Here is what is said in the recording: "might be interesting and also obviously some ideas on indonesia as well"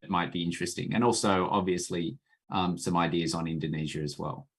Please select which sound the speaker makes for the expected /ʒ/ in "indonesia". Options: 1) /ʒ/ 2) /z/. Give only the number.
1